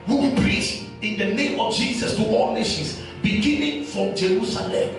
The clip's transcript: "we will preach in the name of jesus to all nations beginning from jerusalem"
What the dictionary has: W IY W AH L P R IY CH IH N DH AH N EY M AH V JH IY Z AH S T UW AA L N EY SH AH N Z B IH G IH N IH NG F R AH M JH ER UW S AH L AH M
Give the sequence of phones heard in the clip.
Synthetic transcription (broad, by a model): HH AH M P R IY S IH N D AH N EY M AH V JH IY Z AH S T UW AA L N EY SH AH N S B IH G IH N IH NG F R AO M JH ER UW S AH L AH M